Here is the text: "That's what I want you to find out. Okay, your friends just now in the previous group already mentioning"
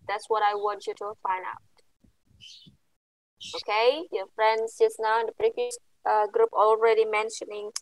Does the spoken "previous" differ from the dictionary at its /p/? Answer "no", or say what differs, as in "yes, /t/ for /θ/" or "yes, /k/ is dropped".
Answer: yes, /b/ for /p/